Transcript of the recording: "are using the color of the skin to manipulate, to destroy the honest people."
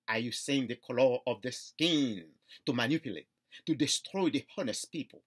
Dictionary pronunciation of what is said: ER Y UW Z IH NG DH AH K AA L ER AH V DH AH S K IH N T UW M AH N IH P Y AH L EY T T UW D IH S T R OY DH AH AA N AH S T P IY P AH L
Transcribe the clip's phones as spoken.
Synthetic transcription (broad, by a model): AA Y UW S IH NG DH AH K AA L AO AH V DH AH S K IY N T UW M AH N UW P Y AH L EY T T UW D IH S T R OY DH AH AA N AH S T P IY P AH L